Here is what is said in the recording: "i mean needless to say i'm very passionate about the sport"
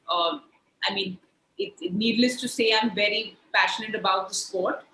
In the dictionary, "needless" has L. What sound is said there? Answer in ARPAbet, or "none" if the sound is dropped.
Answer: L